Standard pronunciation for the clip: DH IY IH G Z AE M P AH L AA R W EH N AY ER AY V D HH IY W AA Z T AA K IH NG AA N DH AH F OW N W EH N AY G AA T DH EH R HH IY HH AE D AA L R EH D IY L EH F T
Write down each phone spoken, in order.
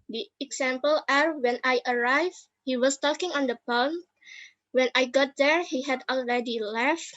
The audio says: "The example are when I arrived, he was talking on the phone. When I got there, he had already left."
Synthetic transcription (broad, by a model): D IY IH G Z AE M P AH L AA R W EH N AY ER AY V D HH IY W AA S T AA K IH NG AA N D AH P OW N W EH N AY G AA T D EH R HH IY HH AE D AA L R EH D IY L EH F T